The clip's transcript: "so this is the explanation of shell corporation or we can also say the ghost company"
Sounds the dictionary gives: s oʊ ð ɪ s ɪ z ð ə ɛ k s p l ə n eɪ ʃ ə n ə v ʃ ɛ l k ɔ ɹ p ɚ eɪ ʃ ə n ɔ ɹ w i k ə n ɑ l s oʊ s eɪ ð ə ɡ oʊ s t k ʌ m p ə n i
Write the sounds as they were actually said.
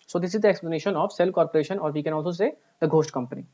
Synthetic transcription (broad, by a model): s oʊ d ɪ s ɪ z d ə ɛ k s p l ə n eɪ ʃ ə n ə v s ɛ l k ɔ ɹ p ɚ eɪ ʃ ə n ɔ ɹ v i k ə n ɑ l s oʊ s eɪ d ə ɡ oʊ s t k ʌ m p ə n i